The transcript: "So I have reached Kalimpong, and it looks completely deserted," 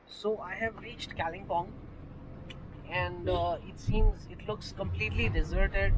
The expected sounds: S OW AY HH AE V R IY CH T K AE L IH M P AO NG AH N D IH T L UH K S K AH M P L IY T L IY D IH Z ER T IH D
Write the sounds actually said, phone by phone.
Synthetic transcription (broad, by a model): S OW AY HH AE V R IY CH T K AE L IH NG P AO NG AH N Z IH T L UH K S K AH M P L IY T L IY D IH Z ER T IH D